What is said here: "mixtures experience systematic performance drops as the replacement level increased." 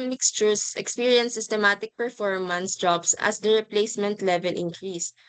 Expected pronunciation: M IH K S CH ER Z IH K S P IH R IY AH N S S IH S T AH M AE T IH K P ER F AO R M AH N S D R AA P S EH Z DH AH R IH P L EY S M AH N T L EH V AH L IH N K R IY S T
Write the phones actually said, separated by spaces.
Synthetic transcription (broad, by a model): M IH K S CH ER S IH K S P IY R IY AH N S S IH S T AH M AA T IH K P ER F AO R M AH N S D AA B S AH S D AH R IH P L EY S M AH N T L EH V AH L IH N K R IY S